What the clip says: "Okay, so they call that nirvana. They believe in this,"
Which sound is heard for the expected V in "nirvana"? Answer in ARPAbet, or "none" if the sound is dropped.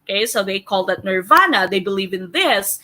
V